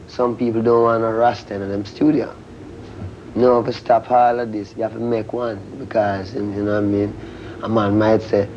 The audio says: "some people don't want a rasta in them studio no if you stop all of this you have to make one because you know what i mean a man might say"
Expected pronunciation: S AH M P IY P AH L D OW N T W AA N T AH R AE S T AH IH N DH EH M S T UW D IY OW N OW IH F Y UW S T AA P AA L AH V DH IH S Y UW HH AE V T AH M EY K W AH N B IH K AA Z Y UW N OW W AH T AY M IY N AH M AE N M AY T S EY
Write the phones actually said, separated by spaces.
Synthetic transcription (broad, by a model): S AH M P IY P L D OW N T W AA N AH R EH S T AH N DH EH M S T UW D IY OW N OW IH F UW S T AA P AA L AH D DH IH S Y UW HH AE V T AH M EY K W AH N B IH K AA Z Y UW N OW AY M IY N AH M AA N M AY T S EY